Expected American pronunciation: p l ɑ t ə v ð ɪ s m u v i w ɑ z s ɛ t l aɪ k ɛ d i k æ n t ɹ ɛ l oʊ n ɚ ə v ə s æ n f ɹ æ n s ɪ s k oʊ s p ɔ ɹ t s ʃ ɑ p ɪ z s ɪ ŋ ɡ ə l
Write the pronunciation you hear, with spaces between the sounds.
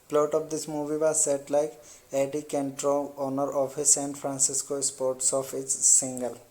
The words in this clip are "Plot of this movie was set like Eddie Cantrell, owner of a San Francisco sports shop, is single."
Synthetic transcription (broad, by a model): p l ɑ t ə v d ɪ s m u v i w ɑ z s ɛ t l aɪ k ɛ d i k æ n t ɹ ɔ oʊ n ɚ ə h ə s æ n f ɹ æ n s ɪ s k oʊ s p ɔ ɹ t s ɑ f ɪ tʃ s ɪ ŋ ɡ ə l